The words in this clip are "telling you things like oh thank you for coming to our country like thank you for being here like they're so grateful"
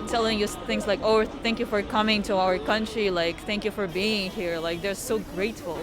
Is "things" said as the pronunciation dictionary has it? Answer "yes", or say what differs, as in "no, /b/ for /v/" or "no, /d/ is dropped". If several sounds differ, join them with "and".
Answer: yes